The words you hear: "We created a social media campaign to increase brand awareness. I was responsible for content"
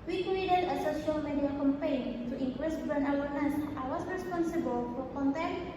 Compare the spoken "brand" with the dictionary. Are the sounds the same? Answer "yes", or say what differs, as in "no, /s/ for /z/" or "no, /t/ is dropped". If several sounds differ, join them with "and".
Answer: no, /ɹ/ is dropped and /d/ is dropped